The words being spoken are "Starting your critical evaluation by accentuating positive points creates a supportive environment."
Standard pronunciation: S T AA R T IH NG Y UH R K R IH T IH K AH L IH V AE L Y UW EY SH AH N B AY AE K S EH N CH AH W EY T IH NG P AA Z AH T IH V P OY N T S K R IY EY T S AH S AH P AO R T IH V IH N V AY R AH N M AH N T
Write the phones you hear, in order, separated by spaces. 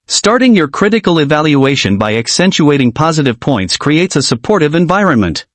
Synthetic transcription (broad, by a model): S T AA R T IH NG Y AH R K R IH T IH K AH L IH V AE L Y UW EY SH AH N B AY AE K S EH N CH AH EY T IH NG P AA Z AH T IH V P OY N T S K R IY EY T S AH S AH P AO R T IH V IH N V AY R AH N M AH N T